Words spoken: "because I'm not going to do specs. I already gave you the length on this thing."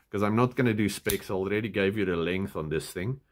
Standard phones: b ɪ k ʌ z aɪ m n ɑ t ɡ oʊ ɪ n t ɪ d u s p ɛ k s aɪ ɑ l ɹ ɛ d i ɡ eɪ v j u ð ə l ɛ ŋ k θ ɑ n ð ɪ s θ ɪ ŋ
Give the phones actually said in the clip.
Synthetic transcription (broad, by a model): k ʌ z aɪ m n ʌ t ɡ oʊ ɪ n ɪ d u s p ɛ k s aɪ ɑ l ɹ ɛ d i ɡ eɪ v j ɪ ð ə l ɛ ŋ k θ n ð ɪ s θ ɪ ŋ